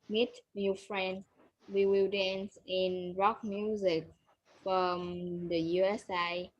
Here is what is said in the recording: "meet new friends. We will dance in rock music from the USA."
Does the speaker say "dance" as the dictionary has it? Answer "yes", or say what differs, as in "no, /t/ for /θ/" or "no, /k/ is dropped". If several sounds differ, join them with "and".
yes